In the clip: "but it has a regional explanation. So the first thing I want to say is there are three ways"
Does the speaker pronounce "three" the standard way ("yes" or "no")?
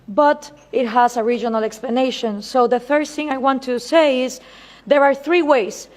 yes